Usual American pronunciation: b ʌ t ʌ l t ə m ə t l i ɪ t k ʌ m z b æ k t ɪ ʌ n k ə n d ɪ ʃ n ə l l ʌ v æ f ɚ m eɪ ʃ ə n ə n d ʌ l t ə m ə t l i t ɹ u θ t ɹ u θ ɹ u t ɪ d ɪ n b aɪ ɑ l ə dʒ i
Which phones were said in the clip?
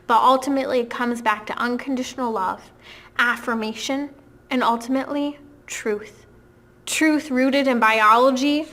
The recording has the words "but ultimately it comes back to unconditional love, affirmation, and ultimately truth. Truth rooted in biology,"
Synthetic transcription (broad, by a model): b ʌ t ʌ l t ə m ə t l i ɪ t k ʌ m z b æ k t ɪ ʌ n k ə n d ɪ ʃ n l l ʌ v æ f ɚ m eɪ ʃ ə n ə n ʌ l t ə m ə t l i t ɹ u θ t ɹ u θ ɹ u t ɪ d ɪ n b aɪ ɑ l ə dʒ i